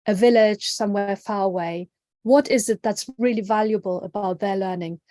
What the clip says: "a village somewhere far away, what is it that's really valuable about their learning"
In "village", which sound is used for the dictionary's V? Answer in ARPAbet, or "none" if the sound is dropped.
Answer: V